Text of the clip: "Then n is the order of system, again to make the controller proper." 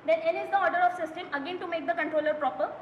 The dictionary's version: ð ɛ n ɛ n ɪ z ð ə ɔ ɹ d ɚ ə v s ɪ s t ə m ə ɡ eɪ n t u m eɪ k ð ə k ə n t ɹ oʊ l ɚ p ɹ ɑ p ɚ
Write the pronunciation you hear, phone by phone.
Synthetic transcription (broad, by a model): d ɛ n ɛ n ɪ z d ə ɔ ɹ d ɚ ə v s ɪ s t ə m ə ɡ eɪ n t u m eɪ k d ə k ə n t ɹ oʊ l ɚ p ɹ ɑ p ɚ